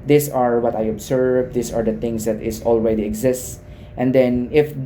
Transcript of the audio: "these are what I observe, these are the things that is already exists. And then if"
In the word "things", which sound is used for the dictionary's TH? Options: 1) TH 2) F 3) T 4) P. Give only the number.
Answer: 3